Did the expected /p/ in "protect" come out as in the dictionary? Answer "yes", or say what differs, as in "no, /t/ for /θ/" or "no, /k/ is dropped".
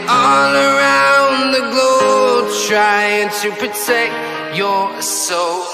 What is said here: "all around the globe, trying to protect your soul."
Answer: yes